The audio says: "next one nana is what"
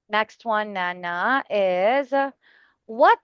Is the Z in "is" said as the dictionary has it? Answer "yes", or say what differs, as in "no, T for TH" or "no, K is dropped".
yes